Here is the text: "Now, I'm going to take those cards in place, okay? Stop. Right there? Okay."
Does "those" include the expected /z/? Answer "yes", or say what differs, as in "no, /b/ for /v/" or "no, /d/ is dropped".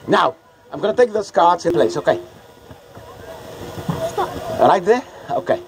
no, /s/ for /z/